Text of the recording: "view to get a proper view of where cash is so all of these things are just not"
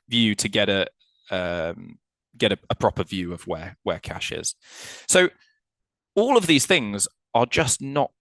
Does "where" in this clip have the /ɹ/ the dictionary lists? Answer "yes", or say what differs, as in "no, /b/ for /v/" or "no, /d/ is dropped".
no, /w/ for /ɹ/